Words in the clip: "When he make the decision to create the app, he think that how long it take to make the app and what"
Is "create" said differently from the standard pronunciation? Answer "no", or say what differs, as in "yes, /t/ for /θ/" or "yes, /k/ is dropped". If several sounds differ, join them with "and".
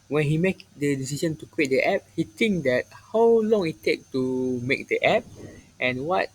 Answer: yes, /w/ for /ɹ/